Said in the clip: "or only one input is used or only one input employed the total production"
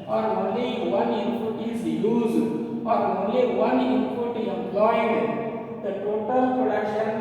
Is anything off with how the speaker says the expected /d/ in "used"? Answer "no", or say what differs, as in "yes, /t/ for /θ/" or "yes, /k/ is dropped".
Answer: yes, /d/ is dropped